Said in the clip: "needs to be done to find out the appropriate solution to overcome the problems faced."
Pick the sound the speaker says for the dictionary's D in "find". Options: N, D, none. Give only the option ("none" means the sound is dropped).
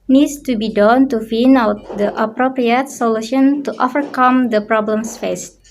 none